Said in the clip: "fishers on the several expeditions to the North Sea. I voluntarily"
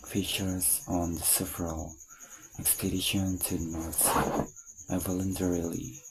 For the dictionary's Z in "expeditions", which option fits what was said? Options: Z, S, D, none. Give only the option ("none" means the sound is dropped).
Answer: none